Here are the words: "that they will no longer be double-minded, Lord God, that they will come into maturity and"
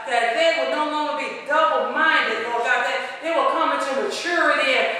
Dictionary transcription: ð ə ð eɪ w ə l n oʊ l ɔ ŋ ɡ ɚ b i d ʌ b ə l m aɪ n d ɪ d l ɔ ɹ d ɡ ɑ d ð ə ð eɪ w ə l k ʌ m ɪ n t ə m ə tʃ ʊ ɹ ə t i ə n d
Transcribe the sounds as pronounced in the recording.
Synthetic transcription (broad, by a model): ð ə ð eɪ w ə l n oʊ l ɔ ŋ ɡ ɚ b i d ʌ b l m aɪ n d ɪ d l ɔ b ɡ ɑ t ð ə ð eɪ w ə l k ʌ m ɪ n t ə m ə tʃ ʊ ɹ ə t i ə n